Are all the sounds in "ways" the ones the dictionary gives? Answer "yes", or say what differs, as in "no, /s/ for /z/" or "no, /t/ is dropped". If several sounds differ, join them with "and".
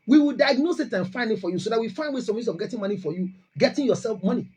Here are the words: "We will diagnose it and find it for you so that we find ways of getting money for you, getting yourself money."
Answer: no, /s/ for /z/